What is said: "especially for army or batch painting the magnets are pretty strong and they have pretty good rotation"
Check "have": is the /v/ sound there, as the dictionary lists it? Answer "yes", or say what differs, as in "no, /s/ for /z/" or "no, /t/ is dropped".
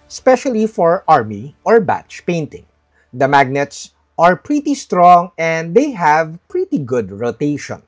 yes